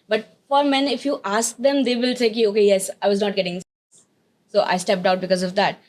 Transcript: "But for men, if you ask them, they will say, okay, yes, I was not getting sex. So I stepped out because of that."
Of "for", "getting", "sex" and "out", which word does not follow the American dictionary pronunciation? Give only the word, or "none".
sex